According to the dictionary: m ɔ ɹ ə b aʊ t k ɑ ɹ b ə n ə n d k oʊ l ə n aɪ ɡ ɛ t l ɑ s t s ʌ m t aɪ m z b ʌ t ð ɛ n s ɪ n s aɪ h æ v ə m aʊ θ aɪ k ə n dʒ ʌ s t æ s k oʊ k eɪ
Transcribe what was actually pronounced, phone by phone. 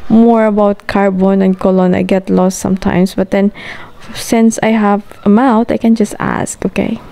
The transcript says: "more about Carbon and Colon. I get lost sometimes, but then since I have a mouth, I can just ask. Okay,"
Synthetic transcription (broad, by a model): m ɔ ɹ ə b aʊ t k ɑ ɹ b ə n ə n d k oʊ l ə n aɪ ɡ ɛ t l ɑ s t s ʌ m t aɪ m s b ʌ t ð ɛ n s ɪ n s aɪ h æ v ə m aʊ t aɪ k ə n dʒ ʌ s t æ s k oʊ k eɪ